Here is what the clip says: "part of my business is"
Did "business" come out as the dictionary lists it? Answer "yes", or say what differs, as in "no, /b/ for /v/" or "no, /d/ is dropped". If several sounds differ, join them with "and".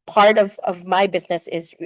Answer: yes